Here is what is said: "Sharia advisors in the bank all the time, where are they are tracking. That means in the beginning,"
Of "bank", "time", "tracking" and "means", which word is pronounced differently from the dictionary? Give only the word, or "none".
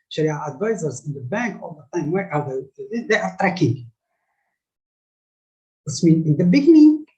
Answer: means